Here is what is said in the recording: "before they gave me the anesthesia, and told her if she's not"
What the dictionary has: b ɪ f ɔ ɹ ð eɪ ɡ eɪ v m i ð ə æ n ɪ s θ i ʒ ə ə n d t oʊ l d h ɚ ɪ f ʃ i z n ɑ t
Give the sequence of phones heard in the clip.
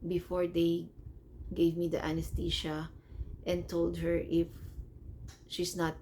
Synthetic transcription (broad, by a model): b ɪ f ɔ ɹ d eɪ ɡ eɪ v m i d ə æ n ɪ s t i ʃ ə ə n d t oʊ l d h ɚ ɪ f ʃ i s n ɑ t